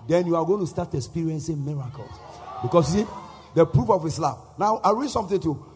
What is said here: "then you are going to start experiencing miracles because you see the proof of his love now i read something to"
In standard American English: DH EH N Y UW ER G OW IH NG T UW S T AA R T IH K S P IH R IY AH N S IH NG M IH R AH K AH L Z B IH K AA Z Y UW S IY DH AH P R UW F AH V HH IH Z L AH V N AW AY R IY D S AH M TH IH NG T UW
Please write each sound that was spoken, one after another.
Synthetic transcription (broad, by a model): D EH N Y UW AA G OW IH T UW S T AA T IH K S P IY R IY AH N S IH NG M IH R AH K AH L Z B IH K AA S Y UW S IY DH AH P R UW F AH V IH S L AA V N AW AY R IY D S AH M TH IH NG T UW